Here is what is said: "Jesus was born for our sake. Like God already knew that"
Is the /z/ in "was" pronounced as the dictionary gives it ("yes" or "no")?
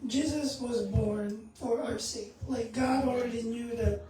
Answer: yes